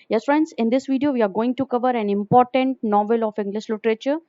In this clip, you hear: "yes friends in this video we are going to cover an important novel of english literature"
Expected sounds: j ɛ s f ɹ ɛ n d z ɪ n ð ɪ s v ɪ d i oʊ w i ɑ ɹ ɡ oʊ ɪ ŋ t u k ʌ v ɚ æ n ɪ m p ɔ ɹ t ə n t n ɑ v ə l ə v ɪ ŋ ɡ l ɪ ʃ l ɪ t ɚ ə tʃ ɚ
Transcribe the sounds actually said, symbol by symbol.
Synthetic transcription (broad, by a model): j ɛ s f ɹ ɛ n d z ɪ n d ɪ s v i d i oʊ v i ɑ ɹ ɡ oʊ ɪ ŋ t u k ʌ v ɚ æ n ɪ m p ɔ ɹ t ə n t n ɑ v ə l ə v ɪ ŋ ɡ l ɪ ʃ l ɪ t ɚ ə tʃ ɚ